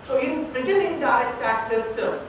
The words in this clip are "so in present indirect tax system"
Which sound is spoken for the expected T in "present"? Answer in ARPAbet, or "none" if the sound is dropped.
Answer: none